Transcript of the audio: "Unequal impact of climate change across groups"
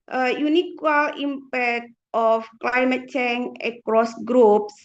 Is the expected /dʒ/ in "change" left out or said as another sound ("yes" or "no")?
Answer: yes